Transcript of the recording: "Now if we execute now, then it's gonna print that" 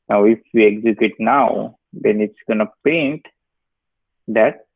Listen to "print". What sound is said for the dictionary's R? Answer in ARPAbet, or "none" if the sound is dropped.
none